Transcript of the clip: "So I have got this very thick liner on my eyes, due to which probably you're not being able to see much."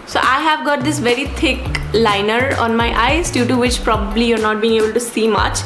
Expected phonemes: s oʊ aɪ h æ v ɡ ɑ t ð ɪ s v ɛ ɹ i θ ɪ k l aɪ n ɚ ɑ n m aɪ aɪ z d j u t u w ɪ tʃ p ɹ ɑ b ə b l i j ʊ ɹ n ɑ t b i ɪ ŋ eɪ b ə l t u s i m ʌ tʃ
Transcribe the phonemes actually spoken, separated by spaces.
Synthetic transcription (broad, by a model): s oʊ aɪ h æ v ɡ ɑ t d ɪ s v ɛ ɹ i t ɪ k l aɪ n ɚ ɑ n m aɪ aɪ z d j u t u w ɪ tʃ p ɹ ɑ b ə b l i j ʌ ɹ n ɑ t b i ɪ ŋ eɪ b ə l t u s i m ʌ tʃ